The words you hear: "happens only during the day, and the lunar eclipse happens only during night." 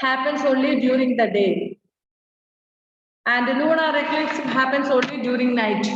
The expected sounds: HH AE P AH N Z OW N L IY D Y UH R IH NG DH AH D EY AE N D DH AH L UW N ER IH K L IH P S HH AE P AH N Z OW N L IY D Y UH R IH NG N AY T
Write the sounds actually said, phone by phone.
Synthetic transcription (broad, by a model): HH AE P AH N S OW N L IY D Y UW R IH NG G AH D EY AE N D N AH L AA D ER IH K IH S HH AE P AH N S OW N L IY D Y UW R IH NG N AY T